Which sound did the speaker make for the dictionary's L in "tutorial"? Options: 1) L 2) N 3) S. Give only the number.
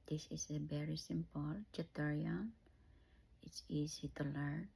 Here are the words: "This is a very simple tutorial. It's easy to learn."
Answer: 2